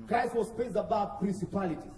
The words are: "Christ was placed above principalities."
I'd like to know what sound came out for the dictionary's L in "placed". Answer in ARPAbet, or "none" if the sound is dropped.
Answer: none